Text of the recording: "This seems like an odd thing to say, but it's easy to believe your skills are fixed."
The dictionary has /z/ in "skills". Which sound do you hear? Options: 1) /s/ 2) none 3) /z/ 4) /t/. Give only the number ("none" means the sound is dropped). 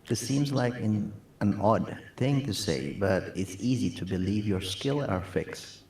2